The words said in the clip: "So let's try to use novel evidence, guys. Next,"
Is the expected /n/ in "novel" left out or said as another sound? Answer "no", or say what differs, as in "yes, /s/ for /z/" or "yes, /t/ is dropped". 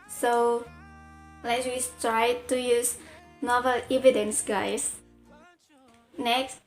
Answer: no